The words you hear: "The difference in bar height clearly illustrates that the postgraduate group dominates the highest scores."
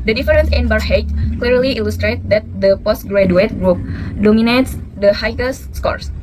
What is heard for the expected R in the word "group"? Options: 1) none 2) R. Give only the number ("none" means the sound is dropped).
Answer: 2